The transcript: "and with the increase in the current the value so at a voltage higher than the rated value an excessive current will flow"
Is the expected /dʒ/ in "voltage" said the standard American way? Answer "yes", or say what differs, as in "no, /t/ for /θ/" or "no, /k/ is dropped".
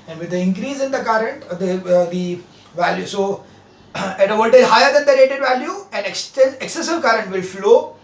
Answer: no, /z/ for /dʒ/